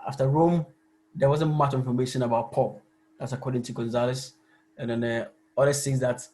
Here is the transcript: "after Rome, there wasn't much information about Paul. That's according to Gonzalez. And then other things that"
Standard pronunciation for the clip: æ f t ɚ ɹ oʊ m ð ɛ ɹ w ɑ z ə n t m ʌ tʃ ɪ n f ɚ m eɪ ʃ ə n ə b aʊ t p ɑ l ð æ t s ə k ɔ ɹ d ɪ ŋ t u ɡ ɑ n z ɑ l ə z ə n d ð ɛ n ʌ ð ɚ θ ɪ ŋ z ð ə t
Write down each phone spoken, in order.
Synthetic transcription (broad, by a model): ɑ f t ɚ ɹ oʊ m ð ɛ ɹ w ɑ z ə n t m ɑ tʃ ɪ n f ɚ m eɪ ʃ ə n ə b aʊ t p ɑ l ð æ t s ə k ɔ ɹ d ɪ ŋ t u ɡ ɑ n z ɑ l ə s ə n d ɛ n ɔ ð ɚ s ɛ z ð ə t